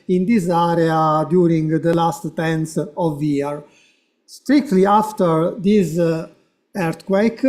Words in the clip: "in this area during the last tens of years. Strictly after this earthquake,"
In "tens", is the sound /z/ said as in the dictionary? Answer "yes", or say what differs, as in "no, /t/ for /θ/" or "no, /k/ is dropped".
no, /s/ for /z/